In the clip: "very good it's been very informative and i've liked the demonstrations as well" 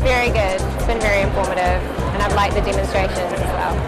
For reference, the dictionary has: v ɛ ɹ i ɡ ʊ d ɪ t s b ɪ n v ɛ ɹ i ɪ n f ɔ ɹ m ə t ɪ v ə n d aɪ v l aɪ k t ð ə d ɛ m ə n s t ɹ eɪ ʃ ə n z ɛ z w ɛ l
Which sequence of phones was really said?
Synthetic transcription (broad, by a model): v ɛ ɹ i ɡ ʊ d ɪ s b ɪ n v ɛ ɹ i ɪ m f ɔ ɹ m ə t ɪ v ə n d aɪ v l aɪ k ð ə d ɛ m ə n s t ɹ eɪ ʃ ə n ɪ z w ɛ l